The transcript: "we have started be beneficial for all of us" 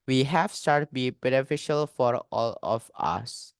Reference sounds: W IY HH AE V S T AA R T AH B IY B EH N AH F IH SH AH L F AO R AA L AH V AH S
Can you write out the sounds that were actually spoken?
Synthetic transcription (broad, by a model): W IY HH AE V S T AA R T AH B IY B EH N AH F IH SH AH L F AO R AA L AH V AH S